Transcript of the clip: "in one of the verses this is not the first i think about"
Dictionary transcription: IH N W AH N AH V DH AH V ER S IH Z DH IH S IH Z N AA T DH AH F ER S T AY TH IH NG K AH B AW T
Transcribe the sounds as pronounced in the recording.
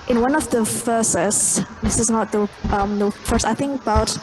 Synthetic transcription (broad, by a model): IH N W AH N AH V DH AH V ER S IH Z DH IH S IH Z N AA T DH AH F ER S AY TH IH NG K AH B AW T